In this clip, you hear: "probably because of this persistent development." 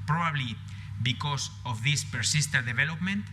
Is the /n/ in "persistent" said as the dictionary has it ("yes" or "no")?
no